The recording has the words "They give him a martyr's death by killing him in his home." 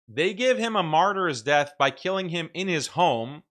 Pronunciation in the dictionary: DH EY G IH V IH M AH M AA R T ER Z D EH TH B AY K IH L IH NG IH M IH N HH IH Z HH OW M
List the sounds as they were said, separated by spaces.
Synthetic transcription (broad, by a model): DH EY G IH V IH M AH M AA R T ER Z D EH TH B AY K IH L IH NG IH M IH N IH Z HH OW M